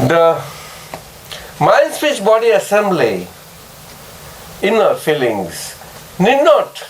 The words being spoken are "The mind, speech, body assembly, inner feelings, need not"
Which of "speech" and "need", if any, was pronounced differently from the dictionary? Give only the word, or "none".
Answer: speech